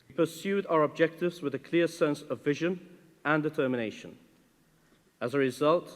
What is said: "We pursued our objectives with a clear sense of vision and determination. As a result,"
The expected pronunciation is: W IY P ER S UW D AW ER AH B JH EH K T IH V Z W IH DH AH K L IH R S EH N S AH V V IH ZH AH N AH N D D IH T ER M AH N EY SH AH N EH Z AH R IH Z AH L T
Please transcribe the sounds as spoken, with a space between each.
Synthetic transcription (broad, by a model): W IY P ER S UW D AW ER AH B JH EH K T IH V Z W IH DH AH K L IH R S EH N S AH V V IH ZH AH N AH N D D IH T ER M AH N EY SH AH N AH Z AH R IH Z AH L T